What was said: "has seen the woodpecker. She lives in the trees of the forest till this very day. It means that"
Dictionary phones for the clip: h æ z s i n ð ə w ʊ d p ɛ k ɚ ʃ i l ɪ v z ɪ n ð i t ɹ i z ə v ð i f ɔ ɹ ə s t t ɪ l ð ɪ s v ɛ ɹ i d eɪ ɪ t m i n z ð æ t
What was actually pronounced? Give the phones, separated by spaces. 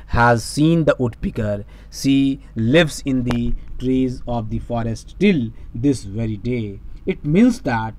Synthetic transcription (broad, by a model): h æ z s i n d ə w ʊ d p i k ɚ s i l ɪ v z ɪ n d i t ɹ i z ə v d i f ɔ ɹ ə s t t ɪ l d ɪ s v ɛ ɹ i d eɪ ɪ t m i n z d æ t